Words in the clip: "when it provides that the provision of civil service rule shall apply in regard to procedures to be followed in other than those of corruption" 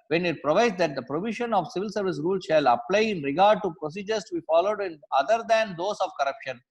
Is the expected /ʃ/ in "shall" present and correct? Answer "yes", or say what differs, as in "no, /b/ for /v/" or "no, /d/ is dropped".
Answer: yes